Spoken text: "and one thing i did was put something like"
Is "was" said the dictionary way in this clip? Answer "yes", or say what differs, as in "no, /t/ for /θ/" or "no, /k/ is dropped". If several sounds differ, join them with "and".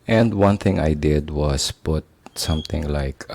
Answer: no, /s/ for /z/